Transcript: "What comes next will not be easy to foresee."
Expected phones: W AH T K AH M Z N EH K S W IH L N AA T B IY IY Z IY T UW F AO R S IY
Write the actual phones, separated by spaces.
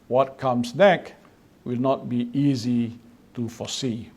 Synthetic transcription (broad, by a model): W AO T K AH M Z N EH K W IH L N AA T B IY IY Z IY T UW F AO S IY